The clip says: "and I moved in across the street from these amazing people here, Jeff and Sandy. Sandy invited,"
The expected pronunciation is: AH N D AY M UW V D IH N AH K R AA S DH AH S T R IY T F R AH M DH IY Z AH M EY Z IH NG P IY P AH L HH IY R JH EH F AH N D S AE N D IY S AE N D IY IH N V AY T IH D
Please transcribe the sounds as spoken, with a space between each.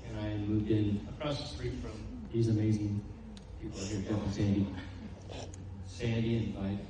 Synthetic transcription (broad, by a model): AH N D AY M UW V D IH N AH K R AA S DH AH S T R IY T F R AH M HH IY Z AH M EY Z IH NG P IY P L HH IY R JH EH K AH S AE N D IY S AE N D IY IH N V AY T